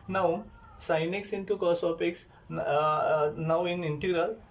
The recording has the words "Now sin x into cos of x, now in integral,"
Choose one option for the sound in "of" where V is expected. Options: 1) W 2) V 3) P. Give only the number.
3